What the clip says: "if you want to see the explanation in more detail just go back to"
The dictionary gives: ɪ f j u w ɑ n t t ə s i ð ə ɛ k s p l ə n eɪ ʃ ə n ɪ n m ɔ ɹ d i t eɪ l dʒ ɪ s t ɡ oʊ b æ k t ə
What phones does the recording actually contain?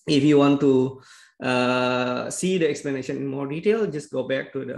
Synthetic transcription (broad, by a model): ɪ f j u w ɑ n t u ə s i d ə ɛ k s p l ə n eɪ ʃ ə n ɪ n m ɔ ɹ d i t eɪ l dʒ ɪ s ɡ oʊ b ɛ k t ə